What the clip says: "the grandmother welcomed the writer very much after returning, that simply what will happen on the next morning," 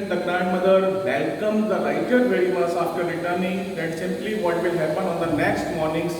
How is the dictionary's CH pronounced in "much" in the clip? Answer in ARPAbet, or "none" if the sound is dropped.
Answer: S